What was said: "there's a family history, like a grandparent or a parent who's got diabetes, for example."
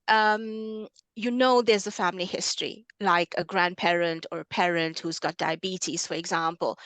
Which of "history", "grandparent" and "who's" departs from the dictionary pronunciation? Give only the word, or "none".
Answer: none